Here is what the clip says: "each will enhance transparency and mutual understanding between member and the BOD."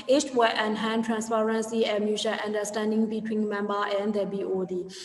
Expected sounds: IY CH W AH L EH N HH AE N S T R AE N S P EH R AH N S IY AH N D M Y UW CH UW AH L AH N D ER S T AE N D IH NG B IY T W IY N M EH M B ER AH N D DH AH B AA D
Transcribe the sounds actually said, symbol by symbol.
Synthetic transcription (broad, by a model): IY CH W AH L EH N HH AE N T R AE N S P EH R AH N S IY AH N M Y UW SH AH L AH N D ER S T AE N D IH NG B IY T W IY N M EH M B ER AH N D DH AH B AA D